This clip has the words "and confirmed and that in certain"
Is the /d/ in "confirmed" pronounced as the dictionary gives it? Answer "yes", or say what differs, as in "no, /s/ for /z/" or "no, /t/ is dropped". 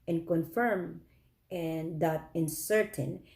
no, /d/ is dropped